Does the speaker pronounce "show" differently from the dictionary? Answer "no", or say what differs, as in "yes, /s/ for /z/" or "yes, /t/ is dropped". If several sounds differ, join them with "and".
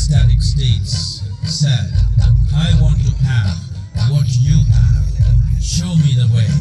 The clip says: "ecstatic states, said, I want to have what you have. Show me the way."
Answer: no